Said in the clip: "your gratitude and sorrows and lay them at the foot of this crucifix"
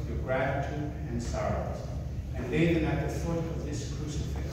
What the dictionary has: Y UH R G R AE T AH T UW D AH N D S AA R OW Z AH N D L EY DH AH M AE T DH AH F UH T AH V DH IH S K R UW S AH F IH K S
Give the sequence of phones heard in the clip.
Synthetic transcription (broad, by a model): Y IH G R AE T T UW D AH N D S AA R OW Z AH N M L EY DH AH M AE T DH AH F UH T AH V DH IH S K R UW S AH F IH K